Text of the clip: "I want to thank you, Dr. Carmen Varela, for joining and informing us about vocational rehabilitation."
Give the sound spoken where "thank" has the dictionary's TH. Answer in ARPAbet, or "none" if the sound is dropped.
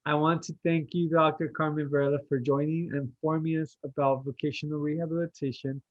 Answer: TH